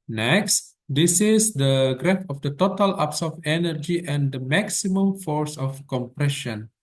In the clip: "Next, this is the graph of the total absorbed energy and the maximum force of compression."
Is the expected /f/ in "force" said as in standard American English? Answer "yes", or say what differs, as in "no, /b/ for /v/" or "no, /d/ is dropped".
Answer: yes